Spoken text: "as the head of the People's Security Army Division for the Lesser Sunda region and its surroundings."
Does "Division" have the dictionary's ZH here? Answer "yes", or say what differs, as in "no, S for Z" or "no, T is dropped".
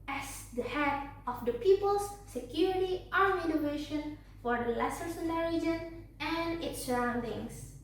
no, SH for ZH